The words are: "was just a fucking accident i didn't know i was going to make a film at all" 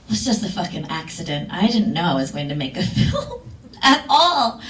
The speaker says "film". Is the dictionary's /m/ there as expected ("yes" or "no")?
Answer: no